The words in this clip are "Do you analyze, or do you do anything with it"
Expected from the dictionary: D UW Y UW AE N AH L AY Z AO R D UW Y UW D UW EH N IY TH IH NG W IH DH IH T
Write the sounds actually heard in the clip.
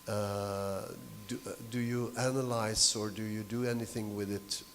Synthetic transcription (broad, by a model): D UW Y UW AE N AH L AY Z AO R D UW Y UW D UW EH N IY TH IH NG W IH DH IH T